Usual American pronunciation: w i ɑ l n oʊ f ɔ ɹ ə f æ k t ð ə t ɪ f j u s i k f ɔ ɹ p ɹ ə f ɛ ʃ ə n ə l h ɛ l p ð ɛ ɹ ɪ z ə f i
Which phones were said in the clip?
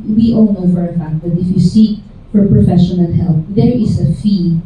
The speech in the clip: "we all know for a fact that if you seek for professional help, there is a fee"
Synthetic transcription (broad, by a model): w i ɑ l n oʊ f ɔ ɹ ə f æ k t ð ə t ɪ f j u s i k f ɔ ɹ p ɹ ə f ɛ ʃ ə n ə n h ɛ l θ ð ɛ ɹ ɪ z ə f i